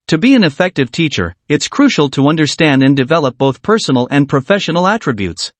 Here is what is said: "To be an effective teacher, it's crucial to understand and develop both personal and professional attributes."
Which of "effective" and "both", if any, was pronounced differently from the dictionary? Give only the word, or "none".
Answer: none